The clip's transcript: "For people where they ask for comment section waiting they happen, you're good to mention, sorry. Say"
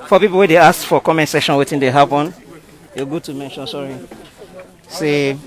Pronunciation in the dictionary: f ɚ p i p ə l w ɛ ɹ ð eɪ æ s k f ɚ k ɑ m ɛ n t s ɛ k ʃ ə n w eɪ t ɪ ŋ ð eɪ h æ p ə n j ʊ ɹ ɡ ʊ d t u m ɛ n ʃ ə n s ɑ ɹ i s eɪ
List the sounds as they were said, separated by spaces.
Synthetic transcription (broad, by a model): f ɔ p i p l w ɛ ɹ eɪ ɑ s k f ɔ k ɑ m ɛ n t s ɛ ʃ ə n w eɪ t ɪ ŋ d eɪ h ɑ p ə n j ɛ ɡ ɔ t u m ɛ n ʃ ə n s ɑ ɹ i s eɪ